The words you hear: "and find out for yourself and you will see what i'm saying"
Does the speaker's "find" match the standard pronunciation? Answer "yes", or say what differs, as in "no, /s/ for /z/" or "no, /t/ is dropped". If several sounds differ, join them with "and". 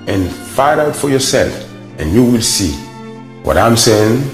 no, /n/ is dropped